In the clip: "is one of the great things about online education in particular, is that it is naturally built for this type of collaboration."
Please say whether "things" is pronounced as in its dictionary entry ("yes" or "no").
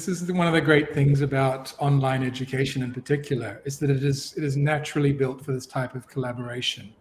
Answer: yes